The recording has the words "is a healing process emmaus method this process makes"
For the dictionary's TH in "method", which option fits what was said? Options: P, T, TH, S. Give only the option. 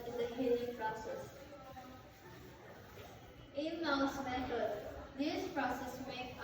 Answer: T